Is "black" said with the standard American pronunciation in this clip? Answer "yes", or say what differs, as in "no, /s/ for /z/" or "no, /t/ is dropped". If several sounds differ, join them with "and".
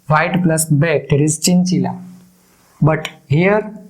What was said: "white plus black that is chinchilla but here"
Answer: no, /l/ is dropped